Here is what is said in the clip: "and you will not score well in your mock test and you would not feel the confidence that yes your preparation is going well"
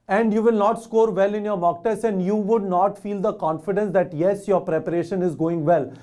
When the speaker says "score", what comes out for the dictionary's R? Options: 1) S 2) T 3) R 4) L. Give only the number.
3